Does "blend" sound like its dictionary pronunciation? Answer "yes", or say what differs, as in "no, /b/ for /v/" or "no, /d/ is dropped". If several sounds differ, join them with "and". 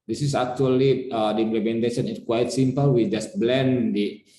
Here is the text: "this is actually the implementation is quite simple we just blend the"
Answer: yes